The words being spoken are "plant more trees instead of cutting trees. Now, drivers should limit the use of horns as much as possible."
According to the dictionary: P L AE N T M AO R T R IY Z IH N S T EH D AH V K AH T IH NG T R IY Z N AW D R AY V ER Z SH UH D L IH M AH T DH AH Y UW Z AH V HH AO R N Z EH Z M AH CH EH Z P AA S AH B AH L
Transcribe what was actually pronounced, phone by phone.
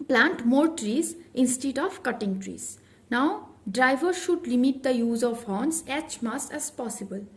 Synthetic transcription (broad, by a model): P L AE N T M AO R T R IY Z IH N S T EH D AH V K AH T IH NG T R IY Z N AW D R AY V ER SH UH D L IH M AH T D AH Y UW Z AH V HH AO N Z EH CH M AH S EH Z P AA S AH B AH L